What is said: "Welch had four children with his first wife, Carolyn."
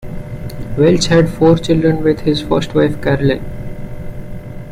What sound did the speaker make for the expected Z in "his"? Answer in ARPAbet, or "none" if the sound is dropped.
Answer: Z